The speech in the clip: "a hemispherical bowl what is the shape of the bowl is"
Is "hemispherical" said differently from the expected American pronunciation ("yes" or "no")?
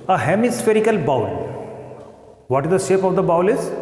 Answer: no